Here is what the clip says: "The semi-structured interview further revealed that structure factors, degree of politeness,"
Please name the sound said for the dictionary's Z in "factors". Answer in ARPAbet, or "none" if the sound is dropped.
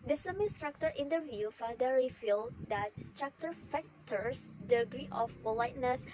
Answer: S